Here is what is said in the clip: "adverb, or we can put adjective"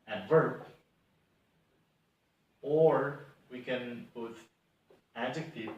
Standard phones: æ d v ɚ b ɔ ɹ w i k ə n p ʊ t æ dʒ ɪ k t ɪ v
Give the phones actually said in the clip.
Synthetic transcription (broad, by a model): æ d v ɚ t ɔ ɹ w i k ə n b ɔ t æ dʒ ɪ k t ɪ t